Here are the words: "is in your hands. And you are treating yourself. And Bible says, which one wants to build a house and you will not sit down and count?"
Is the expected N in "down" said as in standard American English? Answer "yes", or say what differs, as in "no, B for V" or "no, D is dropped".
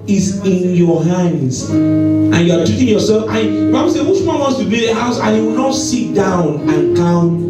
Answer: yes